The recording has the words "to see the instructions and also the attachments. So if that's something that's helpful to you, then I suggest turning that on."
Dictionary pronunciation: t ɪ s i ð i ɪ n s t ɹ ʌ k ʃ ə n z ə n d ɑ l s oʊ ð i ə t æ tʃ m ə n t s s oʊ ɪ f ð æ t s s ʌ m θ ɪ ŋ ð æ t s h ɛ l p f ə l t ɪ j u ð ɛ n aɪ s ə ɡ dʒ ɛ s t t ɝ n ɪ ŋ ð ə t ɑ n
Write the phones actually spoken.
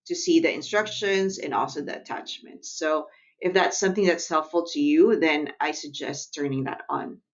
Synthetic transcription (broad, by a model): t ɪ s i ð i ɪ n s t ɹ ʌ k ʃ ə n z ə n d ɑ l s oʊ ð i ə t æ tʃ m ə n t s s oʊ ɪ f ð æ t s s ʌ m θ ɪ ŋ ð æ t s h ɛ l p f l t ɪ j u ð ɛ n aɪ s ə ɡ dʒ ɛ s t t ɝ n ɪ ŋ ð ə t n